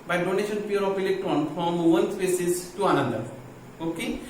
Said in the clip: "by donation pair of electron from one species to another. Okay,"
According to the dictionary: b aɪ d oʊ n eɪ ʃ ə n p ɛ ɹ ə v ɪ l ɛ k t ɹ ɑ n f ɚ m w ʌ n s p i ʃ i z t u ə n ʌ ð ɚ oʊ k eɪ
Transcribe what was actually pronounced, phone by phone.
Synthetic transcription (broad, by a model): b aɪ d oʊ n eɪ ʃ ə n p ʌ ɹ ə p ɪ l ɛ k t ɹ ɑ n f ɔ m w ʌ n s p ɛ s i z t u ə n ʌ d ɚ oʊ k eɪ